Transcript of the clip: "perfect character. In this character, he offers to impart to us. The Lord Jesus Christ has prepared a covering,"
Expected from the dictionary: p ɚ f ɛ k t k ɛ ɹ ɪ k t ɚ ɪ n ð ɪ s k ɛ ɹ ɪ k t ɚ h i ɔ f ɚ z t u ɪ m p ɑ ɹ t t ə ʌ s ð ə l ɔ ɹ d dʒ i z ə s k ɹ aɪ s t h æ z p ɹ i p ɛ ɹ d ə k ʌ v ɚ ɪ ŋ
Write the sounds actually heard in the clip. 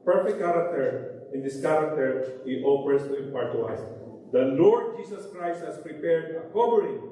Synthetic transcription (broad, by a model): p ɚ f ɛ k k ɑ ɹ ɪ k t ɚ ɪ n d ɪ s k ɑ ɹ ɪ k t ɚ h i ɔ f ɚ s t u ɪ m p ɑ ɹ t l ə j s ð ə l ɔ ɹ d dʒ i s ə s k ɹ aɪ s t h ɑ s p ɹ i p ɛ ɹ d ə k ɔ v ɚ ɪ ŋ